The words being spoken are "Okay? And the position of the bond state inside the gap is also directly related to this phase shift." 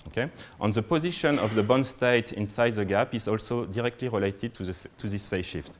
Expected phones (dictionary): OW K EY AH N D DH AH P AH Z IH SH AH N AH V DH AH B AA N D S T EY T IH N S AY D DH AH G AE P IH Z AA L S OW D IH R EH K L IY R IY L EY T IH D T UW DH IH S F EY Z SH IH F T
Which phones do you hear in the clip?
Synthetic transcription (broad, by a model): OW K EY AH N DH AH P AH Z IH SH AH N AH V DH AH B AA N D S T EY T IH N S AY D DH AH G AE P IH Z AA L S OW D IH R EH K L IY R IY L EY T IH D T UW DH IH S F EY SH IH F T